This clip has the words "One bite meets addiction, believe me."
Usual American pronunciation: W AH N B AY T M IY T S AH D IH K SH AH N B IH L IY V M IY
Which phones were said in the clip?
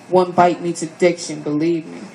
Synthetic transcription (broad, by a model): W AH N B AY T M IY T AH D IH K SH AH N B IH L IY V M IY